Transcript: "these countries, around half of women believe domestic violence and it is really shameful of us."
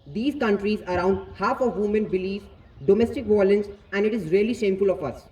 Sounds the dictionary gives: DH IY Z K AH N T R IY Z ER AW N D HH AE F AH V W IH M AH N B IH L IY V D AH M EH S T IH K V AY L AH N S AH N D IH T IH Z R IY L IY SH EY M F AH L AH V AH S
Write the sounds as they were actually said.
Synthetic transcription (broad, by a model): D IY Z K AH N T R IY Z ER AW N D HH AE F AH V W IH M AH N B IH L IY F D AH M EH S T IH K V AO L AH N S AH N D IH T IH Z R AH L IY SH EY M F AH L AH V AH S